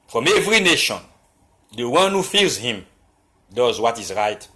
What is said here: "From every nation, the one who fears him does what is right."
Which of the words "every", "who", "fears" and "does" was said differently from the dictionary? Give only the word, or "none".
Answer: fears